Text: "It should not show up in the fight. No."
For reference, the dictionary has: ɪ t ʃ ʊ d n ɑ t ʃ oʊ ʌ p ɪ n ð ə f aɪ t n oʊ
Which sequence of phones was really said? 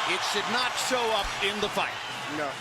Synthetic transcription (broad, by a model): ɪ t ʃ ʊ d n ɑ t ʃ oʊ ʌ p ɪ n ð ə f aɪ t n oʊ